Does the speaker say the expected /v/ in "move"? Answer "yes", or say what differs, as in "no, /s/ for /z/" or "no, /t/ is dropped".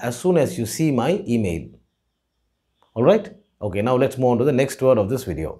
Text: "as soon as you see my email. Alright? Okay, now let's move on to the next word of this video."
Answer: no, /v/ is dropped